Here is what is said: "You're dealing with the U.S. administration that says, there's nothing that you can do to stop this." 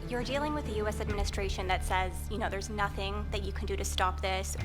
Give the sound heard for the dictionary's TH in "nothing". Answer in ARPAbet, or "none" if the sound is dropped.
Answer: TH